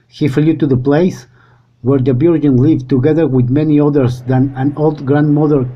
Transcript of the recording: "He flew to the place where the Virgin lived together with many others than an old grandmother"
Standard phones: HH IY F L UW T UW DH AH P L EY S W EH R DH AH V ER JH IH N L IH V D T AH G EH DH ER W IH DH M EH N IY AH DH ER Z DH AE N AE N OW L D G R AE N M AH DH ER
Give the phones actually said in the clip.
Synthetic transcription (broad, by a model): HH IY F L UW T UW DH AH P L EY S W EH R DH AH B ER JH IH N L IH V T AH G EH DH ER W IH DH M EH N IY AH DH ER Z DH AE N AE N OW L D G R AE N M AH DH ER